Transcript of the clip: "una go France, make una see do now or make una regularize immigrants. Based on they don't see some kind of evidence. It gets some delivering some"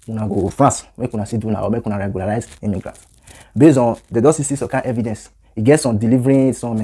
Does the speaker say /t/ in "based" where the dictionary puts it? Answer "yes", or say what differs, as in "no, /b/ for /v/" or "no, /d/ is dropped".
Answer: no, /t/ is dropped